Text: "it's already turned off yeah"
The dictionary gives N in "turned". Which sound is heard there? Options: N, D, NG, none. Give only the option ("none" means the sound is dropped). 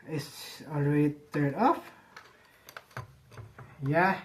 none